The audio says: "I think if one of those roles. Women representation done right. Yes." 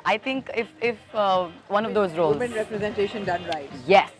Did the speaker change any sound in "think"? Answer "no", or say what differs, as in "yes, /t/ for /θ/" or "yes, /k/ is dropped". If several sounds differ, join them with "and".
yes, /t/ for /θ/